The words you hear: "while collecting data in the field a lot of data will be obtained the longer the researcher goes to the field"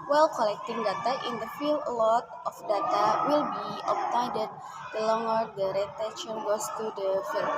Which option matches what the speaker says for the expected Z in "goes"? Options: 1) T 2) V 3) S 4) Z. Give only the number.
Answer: 3